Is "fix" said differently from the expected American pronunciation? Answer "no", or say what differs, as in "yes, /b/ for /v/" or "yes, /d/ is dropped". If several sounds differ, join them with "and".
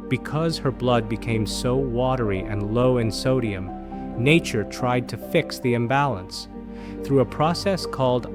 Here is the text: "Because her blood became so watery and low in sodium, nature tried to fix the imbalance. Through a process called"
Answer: no